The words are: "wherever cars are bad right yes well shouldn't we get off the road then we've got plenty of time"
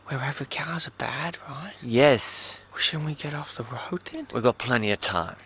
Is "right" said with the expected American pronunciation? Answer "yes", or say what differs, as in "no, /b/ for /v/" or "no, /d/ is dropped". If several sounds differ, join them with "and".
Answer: yes